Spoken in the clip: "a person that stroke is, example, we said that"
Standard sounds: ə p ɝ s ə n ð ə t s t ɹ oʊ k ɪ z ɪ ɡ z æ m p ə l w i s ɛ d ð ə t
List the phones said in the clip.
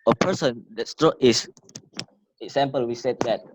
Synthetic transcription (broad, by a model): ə p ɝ s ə n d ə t s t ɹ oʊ ɪ s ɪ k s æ m p ə l w i s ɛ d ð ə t